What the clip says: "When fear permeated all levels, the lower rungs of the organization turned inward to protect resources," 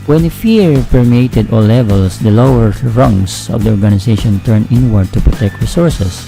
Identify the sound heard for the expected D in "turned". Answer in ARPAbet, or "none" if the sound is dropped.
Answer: none